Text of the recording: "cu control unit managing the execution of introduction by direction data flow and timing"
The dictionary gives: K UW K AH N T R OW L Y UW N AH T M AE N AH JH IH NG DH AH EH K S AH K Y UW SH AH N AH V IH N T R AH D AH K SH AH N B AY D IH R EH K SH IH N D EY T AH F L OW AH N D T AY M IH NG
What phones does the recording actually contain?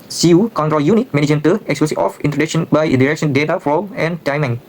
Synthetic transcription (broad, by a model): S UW K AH N T R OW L Y UW N AH T M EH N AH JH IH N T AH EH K S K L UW S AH AH F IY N T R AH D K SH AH N B AY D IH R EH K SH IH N D EY T AH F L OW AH N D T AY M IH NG